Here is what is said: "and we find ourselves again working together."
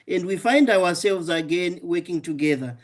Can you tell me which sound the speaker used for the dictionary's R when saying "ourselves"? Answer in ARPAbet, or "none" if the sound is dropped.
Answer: W